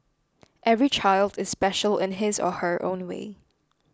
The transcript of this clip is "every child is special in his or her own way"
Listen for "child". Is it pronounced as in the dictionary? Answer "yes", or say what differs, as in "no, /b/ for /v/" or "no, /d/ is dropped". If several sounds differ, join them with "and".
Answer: yes